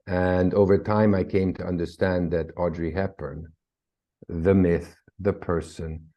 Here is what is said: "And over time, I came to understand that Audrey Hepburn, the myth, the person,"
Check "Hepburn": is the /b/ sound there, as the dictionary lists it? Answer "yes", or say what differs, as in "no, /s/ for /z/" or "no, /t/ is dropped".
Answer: no, /b/ is dropped